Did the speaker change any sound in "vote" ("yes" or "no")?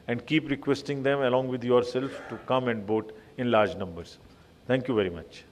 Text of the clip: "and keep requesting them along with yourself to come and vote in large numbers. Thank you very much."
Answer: yes